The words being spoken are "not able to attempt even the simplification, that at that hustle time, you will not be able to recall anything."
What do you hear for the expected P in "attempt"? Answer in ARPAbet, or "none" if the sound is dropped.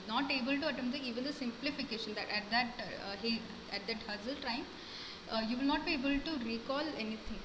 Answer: none